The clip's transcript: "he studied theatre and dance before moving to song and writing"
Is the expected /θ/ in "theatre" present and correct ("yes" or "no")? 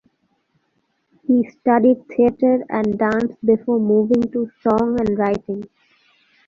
no